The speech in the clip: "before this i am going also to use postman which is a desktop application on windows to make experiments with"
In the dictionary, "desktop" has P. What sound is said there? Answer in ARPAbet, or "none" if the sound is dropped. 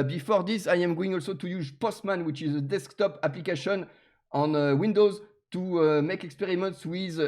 P